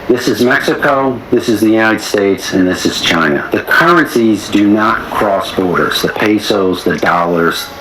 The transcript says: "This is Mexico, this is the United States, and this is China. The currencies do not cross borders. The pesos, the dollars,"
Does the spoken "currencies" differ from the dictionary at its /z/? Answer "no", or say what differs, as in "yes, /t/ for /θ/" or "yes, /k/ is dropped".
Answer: no